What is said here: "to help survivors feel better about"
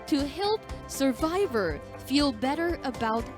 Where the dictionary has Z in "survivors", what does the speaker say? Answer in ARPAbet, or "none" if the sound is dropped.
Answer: none